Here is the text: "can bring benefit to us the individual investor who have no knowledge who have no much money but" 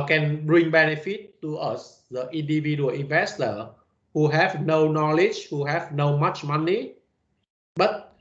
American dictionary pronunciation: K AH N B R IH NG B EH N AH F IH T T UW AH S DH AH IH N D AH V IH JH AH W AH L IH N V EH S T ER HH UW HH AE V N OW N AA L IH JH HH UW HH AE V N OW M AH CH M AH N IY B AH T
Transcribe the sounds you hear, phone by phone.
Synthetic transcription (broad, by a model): K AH N B R IH NG B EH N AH F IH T T UW AH S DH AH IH N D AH V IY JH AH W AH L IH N V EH S T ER HH UW HH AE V N OW N AA L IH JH HH UW HH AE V N OW M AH CH M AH N IY B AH T